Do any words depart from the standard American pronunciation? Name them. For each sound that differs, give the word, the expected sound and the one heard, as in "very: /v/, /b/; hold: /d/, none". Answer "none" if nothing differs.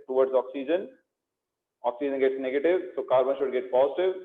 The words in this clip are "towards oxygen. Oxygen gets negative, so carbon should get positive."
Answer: none